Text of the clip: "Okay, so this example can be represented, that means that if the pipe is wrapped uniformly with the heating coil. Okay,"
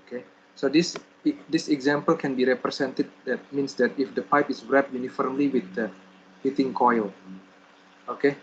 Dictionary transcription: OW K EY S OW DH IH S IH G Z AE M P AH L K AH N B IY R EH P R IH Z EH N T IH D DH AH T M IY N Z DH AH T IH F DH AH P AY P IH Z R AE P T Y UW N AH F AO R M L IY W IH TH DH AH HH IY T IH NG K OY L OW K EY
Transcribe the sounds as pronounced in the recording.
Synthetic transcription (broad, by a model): K EY S OW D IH S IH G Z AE M P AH L K AH N B IY R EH P R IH S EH N T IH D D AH T M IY N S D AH T IH F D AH P AY P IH S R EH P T Y UW N AH F AO R M L IY W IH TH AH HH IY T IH NG K OY L OW K EY